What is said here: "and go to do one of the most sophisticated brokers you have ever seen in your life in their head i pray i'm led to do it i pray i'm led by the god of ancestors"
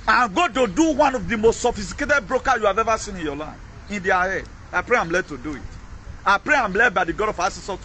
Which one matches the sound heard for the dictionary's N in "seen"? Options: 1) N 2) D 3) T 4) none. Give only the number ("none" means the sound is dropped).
1